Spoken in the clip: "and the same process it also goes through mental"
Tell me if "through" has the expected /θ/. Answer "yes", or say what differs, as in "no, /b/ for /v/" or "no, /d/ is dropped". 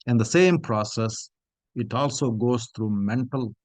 no, /t/ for /θ/